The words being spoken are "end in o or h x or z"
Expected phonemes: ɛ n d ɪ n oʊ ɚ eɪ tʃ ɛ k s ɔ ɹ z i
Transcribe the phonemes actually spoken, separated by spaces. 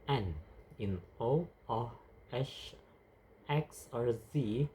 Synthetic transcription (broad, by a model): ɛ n ɪ n oʊ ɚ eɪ ʃ ɛ k s ɔ ɹ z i